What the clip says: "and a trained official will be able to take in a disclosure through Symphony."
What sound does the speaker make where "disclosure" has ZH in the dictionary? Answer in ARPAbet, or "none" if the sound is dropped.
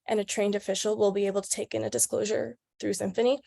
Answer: ZH